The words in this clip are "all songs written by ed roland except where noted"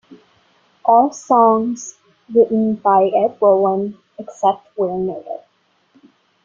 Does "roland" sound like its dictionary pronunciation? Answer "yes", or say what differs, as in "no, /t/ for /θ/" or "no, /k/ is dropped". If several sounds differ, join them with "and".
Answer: no, /l/ is dropped and /d/ is dropped